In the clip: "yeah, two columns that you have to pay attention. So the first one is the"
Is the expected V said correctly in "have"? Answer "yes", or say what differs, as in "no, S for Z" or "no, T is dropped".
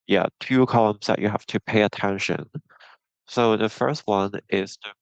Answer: no, F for V